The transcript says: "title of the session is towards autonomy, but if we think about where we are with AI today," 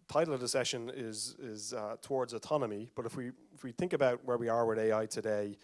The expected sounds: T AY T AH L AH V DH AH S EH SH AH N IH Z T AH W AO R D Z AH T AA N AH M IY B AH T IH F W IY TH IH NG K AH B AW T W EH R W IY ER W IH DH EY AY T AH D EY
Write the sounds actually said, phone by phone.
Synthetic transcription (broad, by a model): T AY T L AH V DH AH S EH SH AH N IH Z T AH W AO R D Z AH T AA N AH M IY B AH T IH F W IY TH IH NG K AH B AW T W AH R W IY ER W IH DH EY AY T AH D EY